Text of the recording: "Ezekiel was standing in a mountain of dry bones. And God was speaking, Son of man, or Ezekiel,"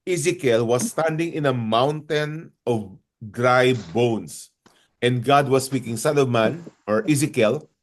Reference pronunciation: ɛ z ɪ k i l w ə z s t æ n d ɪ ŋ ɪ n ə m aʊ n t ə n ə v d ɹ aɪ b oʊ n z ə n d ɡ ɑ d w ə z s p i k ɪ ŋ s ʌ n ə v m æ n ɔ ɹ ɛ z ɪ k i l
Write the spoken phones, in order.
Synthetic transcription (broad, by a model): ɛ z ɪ k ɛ l w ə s t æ n d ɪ ŋ ɪ n ə m aʊ n t ə n ə v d ɹ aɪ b oʊ n s ə n d ɡ ɑ d w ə s p i k ɪ ŋ s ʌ l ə m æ n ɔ ɹ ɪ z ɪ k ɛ l